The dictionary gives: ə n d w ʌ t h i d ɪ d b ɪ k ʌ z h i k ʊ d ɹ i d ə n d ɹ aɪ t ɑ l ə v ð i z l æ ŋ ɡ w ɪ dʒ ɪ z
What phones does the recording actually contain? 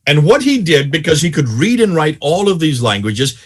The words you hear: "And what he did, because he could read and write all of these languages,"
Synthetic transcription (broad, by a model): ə n w ʌ t h i d ɪ d b ɪ k ʌ z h i k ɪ d ɹ i d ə n ɹ aɪ t ɑ l ə v ð i z l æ ŋ ɡ w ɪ dʒ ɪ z